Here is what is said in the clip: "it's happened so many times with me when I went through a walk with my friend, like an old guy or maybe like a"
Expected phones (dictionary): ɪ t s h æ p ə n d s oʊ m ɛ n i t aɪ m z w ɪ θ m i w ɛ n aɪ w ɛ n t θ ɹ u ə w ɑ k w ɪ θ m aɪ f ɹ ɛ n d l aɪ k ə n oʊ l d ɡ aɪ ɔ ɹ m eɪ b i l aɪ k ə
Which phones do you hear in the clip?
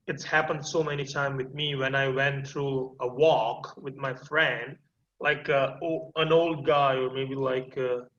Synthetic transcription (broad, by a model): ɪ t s h æ p ə n d s oʊ m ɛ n i t aɪ m w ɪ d m i w ɛ n aɪ w ɛ n t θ ɹ u ə w ɑ k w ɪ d m aɪ f ɹ ɛ n d l aɪ k ə n oʊ l d ɡ aɪ ɔ ɹ m eɪ b i l aɪ k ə